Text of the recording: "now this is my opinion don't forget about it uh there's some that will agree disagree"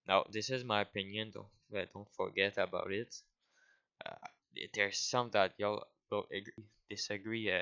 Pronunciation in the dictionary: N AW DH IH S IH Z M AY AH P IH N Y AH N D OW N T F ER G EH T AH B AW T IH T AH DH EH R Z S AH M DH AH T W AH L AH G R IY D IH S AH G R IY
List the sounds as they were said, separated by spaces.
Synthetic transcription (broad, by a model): N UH DH IH S IH Z M AY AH P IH N Y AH N D OW N T F ER G EH T AH B AW T IH T AH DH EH R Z S AH M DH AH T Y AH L AH G R IY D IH S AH G R IY